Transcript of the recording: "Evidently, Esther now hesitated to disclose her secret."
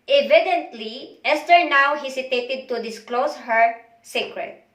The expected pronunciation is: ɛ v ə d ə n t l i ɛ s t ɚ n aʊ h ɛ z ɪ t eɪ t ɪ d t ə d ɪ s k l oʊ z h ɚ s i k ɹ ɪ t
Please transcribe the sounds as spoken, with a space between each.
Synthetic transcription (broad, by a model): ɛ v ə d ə n t l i ɛ s t ɚ n aʊ h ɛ s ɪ t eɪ t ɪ d t ə d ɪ s k l oʊ s h ɚ s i k ɹ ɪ t